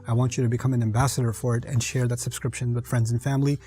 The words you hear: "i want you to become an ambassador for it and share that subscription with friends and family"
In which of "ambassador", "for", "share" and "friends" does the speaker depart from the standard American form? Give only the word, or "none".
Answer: none